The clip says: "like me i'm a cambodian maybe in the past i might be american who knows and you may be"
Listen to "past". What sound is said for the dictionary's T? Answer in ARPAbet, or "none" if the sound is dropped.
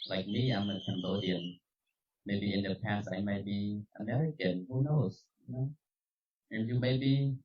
T